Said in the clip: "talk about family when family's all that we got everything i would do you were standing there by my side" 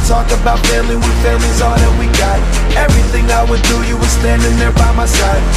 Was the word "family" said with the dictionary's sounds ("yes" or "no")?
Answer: no